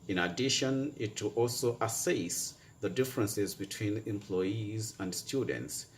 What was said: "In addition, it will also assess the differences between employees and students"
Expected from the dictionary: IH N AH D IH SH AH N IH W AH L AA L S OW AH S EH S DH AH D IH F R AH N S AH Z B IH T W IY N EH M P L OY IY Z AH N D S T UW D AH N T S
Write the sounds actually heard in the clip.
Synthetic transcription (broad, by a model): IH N AH D IH SH AH N IH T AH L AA L S OW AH S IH S DH AH D IH F R AH N S AH Z B IH T W IY N EH M P L OY IY Z AH N D S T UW D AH N T S